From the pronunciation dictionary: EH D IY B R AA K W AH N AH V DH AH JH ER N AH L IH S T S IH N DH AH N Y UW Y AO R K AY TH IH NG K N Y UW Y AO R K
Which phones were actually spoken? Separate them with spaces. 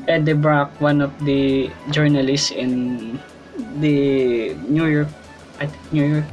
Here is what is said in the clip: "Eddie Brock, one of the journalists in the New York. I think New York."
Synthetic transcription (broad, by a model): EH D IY B R AA K W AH N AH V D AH JH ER N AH L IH S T S IH N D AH N Y UW Y AO R K AY T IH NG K N Y UW Y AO R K